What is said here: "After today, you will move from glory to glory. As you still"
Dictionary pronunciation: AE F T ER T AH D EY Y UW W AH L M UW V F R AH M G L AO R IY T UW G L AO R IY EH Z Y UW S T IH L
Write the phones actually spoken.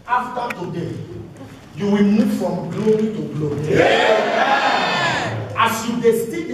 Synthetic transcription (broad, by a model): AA F T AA T AH D EY Y UW W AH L M UW V F R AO M G L AO R IY T UW G L AO R IY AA S Y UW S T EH